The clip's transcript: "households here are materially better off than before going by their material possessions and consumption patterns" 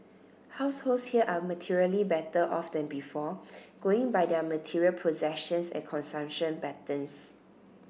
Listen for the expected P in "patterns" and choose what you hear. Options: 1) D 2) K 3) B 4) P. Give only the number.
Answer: 3